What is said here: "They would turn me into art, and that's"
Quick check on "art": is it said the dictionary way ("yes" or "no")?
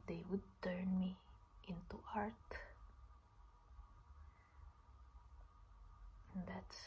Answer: yes